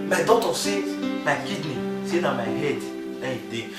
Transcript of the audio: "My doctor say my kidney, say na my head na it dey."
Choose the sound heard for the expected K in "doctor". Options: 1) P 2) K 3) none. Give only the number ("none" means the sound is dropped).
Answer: 3